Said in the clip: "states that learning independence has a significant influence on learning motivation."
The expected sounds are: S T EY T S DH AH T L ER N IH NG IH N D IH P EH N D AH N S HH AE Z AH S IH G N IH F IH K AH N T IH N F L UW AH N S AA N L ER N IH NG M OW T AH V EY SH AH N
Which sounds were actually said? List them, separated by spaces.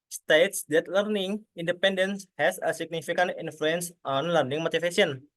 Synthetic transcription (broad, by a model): S T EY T S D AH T L ER N IH NG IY N D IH P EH N D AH N S HH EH S AH S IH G N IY F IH K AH N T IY N F L UW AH N S AA N L ER N IH NG M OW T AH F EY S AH N